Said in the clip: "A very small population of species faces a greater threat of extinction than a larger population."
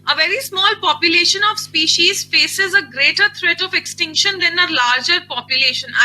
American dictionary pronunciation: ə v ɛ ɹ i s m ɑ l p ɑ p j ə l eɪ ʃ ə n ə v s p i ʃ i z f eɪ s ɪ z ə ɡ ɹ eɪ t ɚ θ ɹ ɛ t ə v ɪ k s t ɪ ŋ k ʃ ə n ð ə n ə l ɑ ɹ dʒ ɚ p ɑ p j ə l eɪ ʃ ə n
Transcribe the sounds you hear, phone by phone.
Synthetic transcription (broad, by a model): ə v ɛ ɹ i s m ɑ l p ɑ p j ə l eɪ ʃ ə n ə v s p i ʃ i z f eɪ s ɪ z ə ɡ ɹ eɪ t ɚ t ɹ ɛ t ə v ɪ k s t ɪ ŋ k ʃ ə n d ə n ə l ɑ ɹ dʒ ɚ p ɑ p j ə l eɪ ʃ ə n